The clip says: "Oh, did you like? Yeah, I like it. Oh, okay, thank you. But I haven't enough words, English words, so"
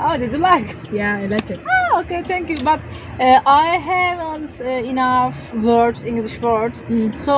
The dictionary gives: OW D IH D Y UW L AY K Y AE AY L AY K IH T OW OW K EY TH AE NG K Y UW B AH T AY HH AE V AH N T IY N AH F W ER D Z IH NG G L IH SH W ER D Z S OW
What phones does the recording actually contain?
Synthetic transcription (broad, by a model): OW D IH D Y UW L AY K Y AE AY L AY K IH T OW OW K EY T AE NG K Y UW B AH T AY HH AE V AH N T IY N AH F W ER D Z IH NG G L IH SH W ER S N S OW